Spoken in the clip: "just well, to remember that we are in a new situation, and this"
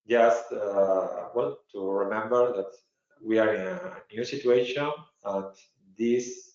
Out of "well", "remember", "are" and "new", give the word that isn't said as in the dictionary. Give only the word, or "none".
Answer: well